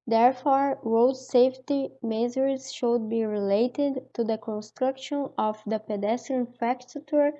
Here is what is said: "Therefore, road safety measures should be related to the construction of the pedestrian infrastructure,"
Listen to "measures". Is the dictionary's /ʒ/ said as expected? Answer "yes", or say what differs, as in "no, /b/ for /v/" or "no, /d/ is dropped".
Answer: no, /z/ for /ʒ/